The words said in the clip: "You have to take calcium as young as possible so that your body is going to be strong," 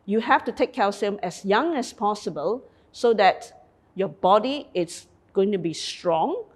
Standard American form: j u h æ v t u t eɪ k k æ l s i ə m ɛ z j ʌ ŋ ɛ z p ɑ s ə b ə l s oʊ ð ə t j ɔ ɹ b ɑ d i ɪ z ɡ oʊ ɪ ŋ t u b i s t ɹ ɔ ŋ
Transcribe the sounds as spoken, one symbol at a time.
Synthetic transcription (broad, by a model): j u h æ f t u t eɪ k k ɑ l s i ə m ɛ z j ʌ ŋ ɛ s p ɑ s ə b ə l s oʊ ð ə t j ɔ b ɑ d i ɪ s ɡ oʊ ɪ ŋ t u b i s t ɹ ɔ ŋ